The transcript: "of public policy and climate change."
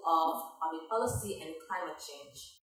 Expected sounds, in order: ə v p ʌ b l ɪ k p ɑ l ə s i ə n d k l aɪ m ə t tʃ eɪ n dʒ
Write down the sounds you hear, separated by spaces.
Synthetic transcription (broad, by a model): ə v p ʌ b ɪ p ɑ l ə s i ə n k l aɪ m ə t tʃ eɪ n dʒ